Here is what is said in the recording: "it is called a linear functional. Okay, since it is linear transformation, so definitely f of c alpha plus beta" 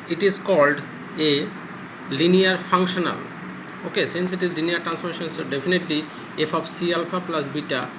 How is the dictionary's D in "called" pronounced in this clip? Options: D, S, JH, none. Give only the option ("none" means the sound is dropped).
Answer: D